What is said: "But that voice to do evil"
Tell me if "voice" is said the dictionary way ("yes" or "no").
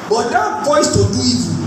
no